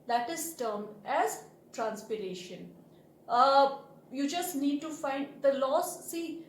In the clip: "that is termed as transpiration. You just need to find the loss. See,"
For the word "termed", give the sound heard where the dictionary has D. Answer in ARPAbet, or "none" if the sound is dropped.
none